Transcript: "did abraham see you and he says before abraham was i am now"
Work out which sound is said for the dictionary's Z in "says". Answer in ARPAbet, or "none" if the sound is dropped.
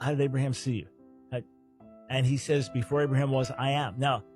Z